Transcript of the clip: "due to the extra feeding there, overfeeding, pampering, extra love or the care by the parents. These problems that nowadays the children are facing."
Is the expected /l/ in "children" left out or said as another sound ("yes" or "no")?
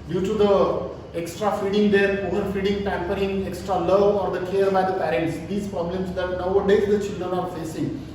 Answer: no